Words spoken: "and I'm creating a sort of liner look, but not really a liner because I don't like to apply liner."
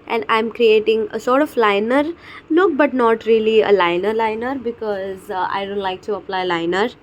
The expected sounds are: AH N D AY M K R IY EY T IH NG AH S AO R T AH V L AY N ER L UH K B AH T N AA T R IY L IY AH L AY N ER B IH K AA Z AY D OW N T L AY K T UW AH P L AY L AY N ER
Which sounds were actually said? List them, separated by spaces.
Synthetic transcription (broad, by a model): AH N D AY M K R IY EY T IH NG AH S AO R T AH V L AY N ER N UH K B AH T N AA T R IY L IY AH L AY N ER B IH K AA Z AY D OW N T L AY K T UW AH P L AY L AY N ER